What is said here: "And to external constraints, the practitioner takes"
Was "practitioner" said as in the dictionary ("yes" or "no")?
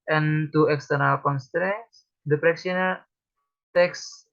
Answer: no